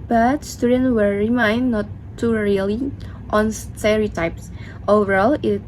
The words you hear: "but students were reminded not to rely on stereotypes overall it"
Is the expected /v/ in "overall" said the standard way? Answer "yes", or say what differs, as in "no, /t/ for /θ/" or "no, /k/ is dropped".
yes